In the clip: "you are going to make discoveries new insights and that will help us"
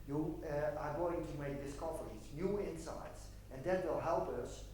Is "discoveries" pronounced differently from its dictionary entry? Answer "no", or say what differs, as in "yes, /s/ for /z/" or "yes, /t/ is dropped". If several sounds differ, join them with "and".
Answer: yes, /f/ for /v/